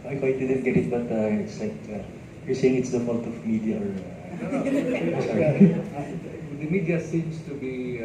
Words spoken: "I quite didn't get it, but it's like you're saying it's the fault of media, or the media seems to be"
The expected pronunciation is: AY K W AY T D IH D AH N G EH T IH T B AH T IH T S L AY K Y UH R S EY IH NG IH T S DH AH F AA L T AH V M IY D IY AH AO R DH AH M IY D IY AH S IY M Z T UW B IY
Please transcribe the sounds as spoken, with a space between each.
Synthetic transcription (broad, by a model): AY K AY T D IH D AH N G EH T IH T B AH T IH T S L AY K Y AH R S EY IH NG IH T S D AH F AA N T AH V M IY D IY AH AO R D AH M IY D IY AH S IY M S T UW B IY